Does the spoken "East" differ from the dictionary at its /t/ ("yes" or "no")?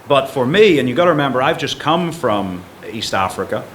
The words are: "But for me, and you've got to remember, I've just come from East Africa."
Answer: no